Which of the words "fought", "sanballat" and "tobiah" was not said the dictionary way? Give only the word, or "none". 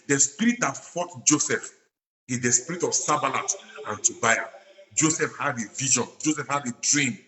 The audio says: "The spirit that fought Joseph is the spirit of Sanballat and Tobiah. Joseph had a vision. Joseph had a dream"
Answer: sanballat